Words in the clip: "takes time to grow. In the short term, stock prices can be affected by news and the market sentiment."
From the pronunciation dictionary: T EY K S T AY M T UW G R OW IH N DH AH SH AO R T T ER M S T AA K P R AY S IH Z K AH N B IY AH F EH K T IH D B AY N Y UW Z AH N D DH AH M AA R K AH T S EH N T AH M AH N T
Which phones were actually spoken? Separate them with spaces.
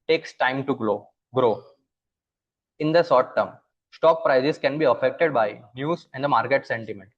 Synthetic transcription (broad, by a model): T EY K S T AY M T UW G R OW IH N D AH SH AO T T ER M S T AA K P R AY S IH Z K AH N B IY AH F EH K T IH D B AY N Y UW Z AH N D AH M AA R K AH T S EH N T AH M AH N T